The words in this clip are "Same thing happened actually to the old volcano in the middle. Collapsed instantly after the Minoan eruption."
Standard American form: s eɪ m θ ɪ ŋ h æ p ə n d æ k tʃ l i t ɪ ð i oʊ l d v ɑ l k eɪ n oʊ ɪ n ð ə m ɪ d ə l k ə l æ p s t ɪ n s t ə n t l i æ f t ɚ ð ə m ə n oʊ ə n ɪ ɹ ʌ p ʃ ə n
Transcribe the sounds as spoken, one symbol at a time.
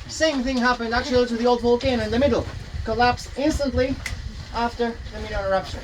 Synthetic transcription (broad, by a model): s eɪ m θ ɪ ŋ h æ p ə n d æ k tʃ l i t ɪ ð i oʊ l d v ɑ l k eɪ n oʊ ɪ n ð ə m ɪ d l k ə l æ p s ɪ n s t ə n t l i æ f t ɚ ð ə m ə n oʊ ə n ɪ ɹ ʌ p ʃ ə n